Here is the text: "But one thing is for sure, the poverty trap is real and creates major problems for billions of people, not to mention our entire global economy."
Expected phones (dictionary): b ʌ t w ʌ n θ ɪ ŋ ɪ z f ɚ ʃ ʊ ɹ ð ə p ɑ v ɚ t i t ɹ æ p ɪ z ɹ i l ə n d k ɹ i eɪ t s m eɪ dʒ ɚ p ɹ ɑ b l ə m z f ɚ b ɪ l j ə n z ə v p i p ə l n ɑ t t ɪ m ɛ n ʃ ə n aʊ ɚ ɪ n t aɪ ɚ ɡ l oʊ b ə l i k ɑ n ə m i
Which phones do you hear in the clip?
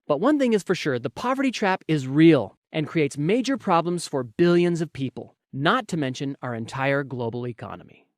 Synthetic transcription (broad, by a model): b ʌ t w ʌ n θ ɪ ŋ ɪ z f ɚ ʃ ʊ ɹ ð ə p ɑ v ɚ t i t ɹ æ p ɪ z ɹ i l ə n k ɹ i eɪ t s m eɪ dʒ ɚ p ɹ ɑ b l ə m z f ɚ b ɪ l j ə n z ə v p i p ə l n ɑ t t ɪ m ɛ n ʃ ə n aʊ ɚ ɪ n t aɪ ɚ ɡ l oʊ b l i k ɑ n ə m i